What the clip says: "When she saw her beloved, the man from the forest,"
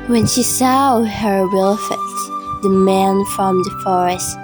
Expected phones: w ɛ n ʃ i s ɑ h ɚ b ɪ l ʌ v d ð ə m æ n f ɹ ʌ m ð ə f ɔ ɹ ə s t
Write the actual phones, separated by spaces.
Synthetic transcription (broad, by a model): w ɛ n ʃ i s ɑ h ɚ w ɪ l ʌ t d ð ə m æ n f ɹ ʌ m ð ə f ɔ ɹ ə s t